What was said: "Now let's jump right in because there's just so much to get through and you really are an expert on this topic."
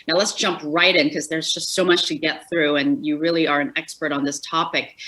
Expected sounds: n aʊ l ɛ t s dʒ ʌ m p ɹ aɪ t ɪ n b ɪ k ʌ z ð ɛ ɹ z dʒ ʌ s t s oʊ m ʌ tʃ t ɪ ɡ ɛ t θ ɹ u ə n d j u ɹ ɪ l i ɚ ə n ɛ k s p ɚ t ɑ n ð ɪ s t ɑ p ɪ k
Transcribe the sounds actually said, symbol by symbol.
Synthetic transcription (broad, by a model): n aʊ l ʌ t s dʒ ʌ m p ɹ aɪ t ɪ n k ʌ z ð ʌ ɹ z dʒ ʌ s t s oʊ m ʌ tʃ t ɪ ɡ ɛ t θ ɹ u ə n j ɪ ɹ ɪ l i ɚ ə n ɛ k s p ɚ t n ð ɪ s t ɑ p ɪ k